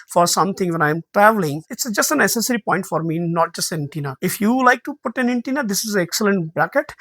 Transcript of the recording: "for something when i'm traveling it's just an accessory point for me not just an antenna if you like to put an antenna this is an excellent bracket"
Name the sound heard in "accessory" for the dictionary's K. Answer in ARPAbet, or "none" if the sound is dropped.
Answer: none